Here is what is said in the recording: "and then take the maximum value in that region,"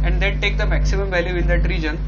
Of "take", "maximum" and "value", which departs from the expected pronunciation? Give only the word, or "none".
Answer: none